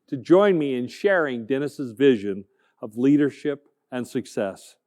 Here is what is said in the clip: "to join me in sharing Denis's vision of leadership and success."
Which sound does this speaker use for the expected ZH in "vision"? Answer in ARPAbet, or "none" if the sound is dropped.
ZH